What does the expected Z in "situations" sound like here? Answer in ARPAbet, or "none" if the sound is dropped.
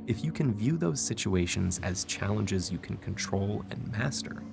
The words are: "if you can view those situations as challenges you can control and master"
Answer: Z